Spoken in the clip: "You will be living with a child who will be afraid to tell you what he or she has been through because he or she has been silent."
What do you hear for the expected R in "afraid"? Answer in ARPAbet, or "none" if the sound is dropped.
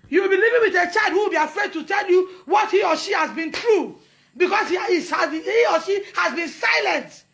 R